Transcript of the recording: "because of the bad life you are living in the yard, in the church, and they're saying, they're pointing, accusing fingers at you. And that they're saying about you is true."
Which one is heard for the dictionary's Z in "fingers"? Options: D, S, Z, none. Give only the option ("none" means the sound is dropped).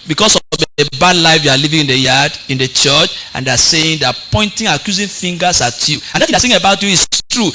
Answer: S